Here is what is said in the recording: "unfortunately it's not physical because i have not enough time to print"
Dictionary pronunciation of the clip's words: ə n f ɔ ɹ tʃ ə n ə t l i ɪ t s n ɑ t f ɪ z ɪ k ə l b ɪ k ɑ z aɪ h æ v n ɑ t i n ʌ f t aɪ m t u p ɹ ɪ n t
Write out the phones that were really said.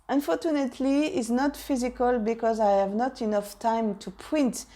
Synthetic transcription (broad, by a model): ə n f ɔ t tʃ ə n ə t l i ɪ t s n ɑ t f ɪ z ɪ k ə l b ɪ k ɑ z aɪ h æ v n ɑ t i n ʌ f t aɪ m t u p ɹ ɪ n t